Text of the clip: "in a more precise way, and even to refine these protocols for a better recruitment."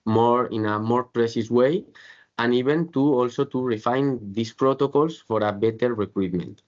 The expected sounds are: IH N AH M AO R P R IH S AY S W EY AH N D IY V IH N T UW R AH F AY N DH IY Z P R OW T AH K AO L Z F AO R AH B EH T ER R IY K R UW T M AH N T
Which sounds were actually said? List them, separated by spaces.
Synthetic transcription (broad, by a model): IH N AH M AO R P R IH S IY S W EY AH N IY B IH N T UW R AH F AY N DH IY S P R OW T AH K AO L S F AO R AH B EH T ER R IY K R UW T M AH N T